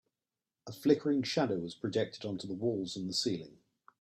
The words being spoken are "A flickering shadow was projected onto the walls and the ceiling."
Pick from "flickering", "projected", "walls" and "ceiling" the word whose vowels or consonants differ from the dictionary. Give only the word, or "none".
none